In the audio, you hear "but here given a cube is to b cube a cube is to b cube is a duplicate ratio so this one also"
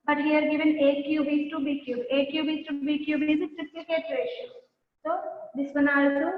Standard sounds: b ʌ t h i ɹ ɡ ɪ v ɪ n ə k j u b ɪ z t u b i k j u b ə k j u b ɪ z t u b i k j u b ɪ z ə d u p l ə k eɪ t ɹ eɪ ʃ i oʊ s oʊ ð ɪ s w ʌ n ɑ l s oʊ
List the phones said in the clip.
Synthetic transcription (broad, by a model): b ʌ t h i ɹ ɡ ɪ v ɪ n ə k j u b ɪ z t u b i k j u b ə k j u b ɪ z t u b i k j u b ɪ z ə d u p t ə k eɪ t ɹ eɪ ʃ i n s oʊ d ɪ s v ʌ n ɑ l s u